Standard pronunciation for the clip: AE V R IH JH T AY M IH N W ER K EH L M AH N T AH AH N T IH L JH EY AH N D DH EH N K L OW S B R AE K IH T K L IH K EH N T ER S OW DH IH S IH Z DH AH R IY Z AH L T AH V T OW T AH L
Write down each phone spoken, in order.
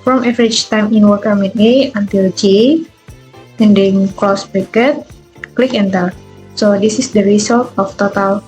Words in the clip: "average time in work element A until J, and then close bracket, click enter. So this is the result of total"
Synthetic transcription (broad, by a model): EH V R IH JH T AY M IH N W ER K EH M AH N AH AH N T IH L JH EY AH N D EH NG K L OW S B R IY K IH T K L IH K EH N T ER S OW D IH S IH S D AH R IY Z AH L T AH F T OW T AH L